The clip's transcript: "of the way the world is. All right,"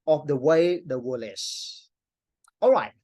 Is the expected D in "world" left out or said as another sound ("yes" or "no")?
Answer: yes